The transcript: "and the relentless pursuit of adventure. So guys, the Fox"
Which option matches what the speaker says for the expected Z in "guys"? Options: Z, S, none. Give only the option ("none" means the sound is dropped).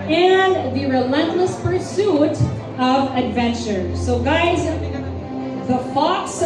Z